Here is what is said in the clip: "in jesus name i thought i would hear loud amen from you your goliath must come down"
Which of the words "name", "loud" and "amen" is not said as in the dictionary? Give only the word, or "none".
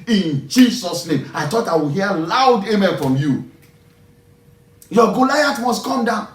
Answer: amen